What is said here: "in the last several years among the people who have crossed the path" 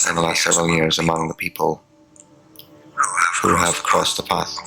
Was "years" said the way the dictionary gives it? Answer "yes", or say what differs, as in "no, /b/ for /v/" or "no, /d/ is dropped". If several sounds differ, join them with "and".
yes